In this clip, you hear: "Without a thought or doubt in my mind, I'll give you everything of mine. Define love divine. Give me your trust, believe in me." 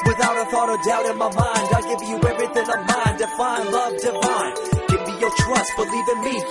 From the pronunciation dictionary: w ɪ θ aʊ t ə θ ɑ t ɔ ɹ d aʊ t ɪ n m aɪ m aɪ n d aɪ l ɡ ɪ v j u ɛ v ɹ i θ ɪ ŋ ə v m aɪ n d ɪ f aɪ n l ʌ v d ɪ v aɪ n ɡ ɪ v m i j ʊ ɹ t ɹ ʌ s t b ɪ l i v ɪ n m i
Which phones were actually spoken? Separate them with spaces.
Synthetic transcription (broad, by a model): w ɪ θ aʊ t ə θ ɑ t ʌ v d aʊ t ɪ n m aɪ m aɪ n d aɪ ɡ ɪ v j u ɛ v ɹ i θ ɪ ŋ ə v m aɪ n d ɪ f aɪ n l ʌ v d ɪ f aɪ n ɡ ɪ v m i j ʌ ɹ t ɹ ʌ s t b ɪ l i v ɪ n m i